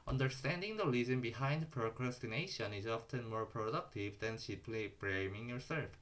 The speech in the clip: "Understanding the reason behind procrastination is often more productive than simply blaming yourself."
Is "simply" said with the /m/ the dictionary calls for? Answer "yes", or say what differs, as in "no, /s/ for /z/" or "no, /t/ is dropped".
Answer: no, /m/ is dropped